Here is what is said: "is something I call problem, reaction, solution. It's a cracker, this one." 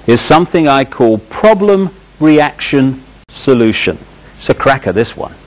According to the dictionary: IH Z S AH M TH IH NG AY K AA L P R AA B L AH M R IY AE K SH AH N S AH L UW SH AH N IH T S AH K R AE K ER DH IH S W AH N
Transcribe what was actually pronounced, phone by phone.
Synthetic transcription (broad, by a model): IH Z S AH M TH IH NG AY K AA L P R AA B L AH M R IY AE K SH AH N S AH L UW SH AH N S AH K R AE K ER DH IH S W AH N